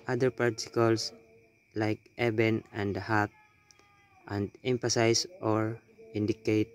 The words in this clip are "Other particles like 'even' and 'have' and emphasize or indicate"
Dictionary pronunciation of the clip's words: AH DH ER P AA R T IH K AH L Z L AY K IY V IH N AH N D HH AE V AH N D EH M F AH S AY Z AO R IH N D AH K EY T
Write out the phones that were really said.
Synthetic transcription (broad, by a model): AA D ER P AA R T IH K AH L S L AY K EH B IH N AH N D HH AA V AH N D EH M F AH S AY S AO R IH N D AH K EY T